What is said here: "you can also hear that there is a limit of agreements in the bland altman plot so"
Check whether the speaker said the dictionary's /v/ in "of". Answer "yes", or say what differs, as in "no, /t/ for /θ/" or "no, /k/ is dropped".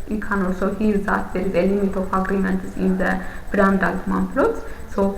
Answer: no, /f/ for /v/